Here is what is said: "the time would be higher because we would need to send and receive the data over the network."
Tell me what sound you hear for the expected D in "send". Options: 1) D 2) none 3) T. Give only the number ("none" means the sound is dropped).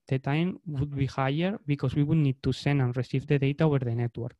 2